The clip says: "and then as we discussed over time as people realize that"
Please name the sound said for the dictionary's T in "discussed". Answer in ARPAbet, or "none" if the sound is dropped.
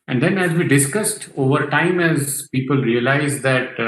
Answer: T